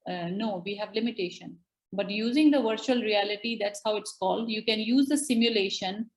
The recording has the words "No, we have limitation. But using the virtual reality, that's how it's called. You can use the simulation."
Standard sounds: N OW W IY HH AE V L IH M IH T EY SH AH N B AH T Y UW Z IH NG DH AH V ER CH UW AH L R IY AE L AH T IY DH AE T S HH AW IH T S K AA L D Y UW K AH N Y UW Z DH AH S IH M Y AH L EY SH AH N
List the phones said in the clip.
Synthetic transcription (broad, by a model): N OW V IY HH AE V L IH M IH T EY SH AH N B AH T Y UW Z IH NG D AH V ER CH UW AH L R IY AE L AH T IY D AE T S HH AW IH T S K AA L D Y UW K AH N Y UW Z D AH S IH M Y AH L EY SH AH N